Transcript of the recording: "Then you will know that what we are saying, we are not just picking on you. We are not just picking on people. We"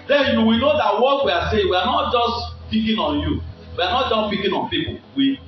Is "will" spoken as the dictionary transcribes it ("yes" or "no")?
no